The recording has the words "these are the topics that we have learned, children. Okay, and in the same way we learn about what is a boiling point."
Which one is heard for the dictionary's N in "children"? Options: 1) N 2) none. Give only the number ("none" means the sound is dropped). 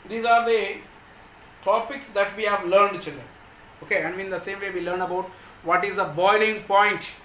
1